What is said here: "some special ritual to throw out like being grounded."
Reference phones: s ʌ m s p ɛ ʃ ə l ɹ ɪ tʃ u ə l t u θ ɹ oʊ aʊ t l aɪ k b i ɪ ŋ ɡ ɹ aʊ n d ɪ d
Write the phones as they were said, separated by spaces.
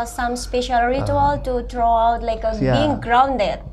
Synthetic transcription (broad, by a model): s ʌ m s p ɛ ʃ ə l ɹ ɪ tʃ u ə l t u t ɹ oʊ aʊ t l aɪ k b i ɪ ŋ ɡ ɹ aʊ n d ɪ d